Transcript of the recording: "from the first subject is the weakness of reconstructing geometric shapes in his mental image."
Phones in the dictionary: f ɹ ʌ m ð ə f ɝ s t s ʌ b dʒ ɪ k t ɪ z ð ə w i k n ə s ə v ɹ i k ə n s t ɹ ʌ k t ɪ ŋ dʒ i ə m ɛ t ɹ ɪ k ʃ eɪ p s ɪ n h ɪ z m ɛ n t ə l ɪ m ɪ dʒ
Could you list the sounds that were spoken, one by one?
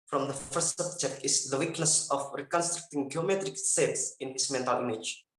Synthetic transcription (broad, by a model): f ɹ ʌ m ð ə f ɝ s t s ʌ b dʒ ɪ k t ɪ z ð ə w i k n ə s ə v ɹ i k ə n s t ɹ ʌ k t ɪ ŋ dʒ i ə m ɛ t ɹ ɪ k s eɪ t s ɪ n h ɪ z m ɛ n t ə l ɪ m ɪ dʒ